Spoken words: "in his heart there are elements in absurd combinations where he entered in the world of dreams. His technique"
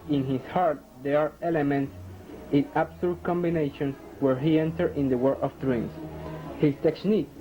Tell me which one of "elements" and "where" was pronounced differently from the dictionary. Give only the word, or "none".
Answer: none